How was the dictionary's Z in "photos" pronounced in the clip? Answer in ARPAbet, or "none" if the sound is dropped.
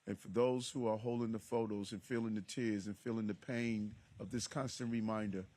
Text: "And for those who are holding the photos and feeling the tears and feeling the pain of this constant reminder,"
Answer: Z